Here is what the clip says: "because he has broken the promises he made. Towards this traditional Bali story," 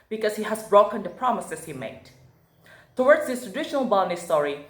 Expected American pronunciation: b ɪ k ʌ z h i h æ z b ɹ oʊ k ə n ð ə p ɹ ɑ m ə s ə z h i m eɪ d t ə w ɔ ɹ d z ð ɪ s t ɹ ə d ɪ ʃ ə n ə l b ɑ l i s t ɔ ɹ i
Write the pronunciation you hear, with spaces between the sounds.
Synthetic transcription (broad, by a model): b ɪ k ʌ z h i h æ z b ɹ oʊ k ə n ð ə p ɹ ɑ m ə s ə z h i m eɪ d t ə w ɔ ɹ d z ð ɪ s t ɹ ə d ɪ ʃ ə n ə l b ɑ n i s t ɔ ɹ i